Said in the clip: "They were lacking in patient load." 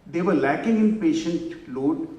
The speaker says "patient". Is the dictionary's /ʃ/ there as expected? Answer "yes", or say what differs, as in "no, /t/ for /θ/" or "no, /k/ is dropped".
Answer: yes